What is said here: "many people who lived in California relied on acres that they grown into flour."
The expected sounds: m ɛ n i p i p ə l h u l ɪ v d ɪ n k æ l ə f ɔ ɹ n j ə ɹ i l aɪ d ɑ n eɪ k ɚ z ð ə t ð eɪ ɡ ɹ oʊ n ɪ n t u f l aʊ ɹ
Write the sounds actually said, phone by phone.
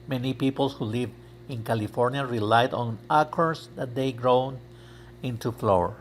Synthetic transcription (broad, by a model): m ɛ n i p i p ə l h u l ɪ v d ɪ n k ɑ l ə f ɔ ɹ n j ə ɹ i l aɪ d ɑ n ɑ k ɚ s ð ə t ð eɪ ɡ ɹ oʊ n ɪ n t u f l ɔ ɹ